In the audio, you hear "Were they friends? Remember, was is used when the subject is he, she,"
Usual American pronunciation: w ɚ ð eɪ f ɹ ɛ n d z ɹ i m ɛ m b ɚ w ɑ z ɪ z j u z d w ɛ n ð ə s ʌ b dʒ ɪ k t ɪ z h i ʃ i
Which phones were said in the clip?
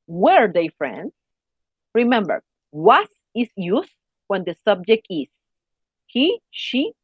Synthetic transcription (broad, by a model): w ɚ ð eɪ f ɹ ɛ n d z ɹ i m ɛ m b ɚ w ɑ s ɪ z j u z w ɛ n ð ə s ʌ b dʒ ɪ k t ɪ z h i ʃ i